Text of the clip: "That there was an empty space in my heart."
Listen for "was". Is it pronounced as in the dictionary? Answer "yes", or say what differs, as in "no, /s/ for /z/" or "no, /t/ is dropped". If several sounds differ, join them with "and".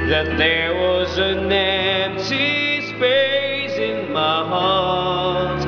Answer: yes